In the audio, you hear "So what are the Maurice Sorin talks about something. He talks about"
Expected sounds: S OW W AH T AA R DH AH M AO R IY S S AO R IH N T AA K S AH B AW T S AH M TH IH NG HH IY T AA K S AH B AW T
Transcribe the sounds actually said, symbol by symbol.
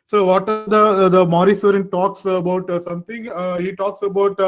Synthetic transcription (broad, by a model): S OW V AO T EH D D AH M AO R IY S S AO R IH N T AA K S AH B AW T S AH M T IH NG HH IY T AA K S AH B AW T